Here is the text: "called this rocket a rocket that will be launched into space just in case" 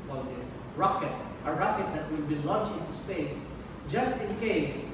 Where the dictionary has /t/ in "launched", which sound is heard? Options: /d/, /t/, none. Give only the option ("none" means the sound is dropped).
none